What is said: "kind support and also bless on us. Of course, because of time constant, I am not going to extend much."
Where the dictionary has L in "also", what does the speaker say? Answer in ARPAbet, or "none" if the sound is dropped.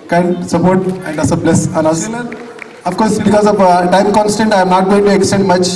none